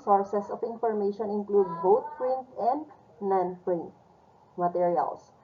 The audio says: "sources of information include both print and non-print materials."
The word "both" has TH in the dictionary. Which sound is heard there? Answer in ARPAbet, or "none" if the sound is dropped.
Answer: T